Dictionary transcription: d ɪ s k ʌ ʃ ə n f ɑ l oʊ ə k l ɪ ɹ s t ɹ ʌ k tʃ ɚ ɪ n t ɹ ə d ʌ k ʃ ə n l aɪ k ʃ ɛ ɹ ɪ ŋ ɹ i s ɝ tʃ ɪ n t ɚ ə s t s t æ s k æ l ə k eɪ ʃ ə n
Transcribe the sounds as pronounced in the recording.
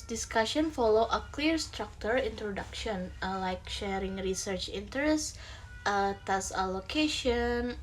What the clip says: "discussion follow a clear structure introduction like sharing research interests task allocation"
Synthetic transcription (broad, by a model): d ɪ s k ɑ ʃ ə n f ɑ l oʊ ə k l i ɹ s t ɹ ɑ k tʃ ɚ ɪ n t ɹ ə d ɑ k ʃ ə n l aɪ k ʃ ɛ ɹ ɪ ŋ ɹ i s ɝ tʃ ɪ n t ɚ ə s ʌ t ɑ s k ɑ l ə k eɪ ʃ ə n